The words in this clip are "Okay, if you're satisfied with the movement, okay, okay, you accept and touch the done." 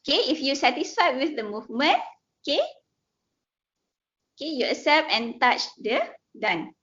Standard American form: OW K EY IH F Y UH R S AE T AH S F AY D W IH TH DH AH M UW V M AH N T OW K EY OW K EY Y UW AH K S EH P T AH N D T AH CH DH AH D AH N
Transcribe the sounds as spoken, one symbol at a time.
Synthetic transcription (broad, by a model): K EY IH F Y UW S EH T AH S F AY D W IH TH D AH M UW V M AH N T OW K EY OW K EY Y UW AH S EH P AH N T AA CH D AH D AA N